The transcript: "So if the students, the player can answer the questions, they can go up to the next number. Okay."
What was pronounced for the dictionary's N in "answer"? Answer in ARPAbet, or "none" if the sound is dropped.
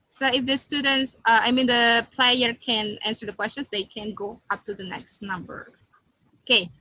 N